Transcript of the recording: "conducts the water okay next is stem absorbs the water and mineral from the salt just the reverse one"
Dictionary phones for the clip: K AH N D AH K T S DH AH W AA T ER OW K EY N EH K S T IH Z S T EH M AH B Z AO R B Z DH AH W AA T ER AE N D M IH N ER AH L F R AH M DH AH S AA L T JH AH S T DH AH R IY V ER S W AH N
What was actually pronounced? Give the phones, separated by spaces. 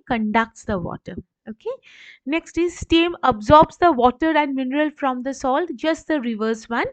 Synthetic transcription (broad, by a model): K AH N D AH K T S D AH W AA T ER OW K EY N EH K S T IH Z S T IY M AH B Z AO R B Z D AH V AA T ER AE N D M IH N ER AH L F R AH M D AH S AA L T JH AH S T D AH R IY V ER S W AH N